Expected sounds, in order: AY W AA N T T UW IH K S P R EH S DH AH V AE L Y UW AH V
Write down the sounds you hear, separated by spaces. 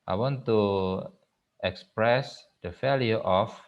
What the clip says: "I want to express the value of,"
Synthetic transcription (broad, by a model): AY W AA N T T UW IH K S P R EH S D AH F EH L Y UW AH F